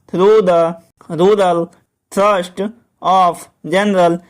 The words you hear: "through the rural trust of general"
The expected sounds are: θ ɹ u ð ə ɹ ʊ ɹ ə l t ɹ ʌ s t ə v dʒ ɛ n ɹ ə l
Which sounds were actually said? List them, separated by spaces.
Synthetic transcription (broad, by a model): ɹ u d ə ɹ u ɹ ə l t ɹ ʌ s t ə p dʒ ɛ n ɹ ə l